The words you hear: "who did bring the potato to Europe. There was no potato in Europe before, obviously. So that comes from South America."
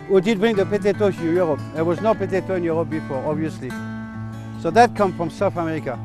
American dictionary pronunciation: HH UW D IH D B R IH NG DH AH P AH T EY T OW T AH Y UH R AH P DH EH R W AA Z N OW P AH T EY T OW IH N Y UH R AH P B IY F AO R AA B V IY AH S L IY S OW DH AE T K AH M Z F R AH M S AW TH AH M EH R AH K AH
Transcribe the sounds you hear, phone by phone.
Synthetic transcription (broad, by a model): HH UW D IH D B R IH NG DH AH P AH T EY T OW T Y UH R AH P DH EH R W AA Z N OW P AH T EY T OW IH N Y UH R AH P B IY F AO R AA B V IY AH S L IY S OW DH AE T K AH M F R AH M S AW TH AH M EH R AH K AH